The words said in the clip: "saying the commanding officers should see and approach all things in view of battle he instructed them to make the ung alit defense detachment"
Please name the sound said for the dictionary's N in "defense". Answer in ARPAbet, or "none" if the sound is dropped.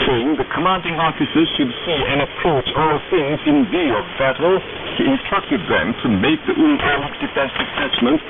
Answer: none